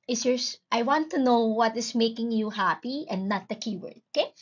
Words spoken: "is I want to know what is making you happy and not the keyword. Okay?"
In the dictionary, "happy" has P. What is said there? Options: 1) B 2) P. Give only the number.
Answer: 2